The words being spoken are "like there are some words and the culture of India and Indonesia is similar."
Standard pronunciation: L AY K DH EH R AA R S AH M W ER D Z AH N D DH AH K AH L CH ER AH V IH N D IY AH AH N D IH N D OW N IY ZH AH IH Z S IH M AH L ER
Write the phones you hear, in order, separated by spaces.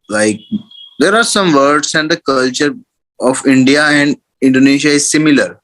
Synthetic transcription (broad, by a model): L AY K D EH R AA R S AH M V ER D S AH N D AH K AH L CH ER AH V IH N D IY AH AH N D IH N D OW N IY SH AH IH Z S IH M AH L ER